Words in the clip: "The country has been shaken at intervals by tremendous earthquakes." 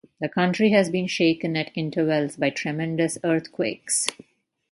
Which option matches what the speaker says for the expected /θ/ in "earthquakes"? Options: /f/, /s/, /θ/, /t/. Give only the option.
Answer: /t/